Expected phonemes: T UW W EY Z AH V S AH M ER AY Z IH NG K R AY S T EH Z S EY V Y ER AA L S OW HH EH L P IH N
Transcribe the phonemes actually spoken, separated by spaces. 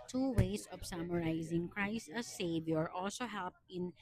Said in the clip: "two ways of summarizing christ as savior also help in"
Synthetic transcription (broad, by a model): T UW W EY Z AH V S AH M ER AY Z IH NG K R AY S T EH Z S EY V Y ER AA L S OW HH EH L P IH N